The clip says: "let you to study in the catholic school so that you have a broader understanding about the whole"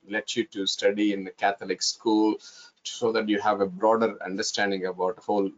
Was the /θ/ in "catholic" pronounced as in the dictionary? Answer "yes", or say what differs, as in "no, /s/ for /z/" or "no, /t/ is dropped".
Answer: no, /t/ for /θ/